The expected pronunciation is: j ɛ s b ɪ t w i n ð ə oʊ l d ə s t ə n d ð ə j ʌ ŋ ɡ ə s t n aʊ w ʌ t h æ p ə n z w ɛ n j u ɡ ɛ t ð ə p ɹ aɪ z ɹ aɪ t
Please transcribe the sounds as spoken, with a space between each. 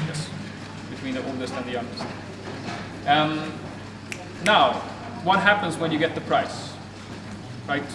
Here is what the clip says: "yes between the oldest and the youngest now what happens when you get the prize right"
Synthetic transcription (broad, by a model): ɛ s b ɪ t w i n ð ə oʊ l d ə s t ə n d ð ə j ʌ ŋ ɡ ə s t n aʊ w ʌ t h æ p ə n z w ɛ n j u ɡ ɛ t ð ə p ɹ aɪ s ɹ aɪ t